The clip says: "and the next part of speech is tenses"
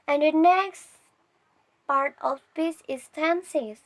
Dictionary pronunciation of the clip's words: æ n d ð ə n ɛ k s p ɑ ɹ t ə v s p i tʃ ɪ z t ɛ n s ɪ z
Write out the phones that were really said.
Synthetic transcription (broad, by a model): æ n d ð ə n ɛ k s p ɑ ɹ t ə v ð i s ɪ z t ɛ n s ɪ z